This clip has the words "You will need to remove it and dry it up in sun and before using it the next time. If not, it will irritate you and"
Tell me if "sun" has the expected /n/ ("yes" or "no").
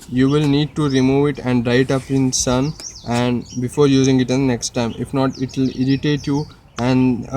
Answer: yes